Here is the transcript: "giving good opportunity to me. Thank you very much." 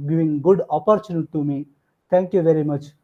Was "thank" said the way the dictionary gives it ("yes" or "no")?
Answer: no